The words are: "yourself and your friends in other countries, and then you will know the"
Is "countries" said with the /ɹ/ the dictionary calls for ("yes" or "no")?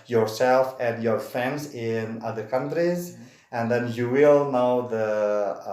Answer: yes